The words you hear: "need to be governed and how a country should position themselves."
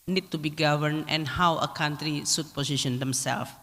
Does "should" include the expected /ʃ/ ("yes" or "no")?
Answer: no